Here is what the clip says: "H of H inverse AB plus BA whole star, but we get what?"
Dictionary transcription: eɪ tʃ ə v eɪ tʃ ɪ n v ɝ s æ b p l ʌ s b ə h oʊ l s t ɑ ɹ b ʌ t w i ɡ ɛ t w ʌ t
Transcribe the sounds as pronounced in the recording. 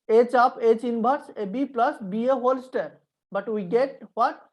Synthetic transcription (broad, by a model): eɪ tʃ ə p eɪ tʃ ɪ n b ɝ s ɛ b p l ʌ s b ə h oʊ l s t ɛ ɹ b ʌ t w i ɡ ɛ t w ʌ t